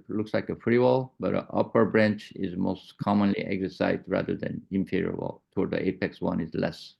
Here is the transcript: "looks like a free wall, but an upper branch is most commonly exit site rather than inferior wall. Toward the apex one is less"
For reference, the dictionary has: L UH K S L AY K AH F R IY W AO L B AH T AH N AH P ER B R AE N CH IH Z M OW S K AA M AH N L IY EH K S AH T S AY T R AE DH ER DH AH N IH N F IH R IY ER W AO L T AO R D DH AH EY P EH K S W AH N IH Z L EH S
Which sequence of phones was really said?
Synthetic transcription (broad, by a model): L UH K S L AY K AH F R IY W AO L B AH T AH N AH P ER B R AE N CH IH Z M OW S K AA M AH N L IY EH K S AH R S AY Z R AE DH ER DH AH N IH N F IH R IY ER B L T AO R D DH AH EY P EH K S W AH N IH Z L EH S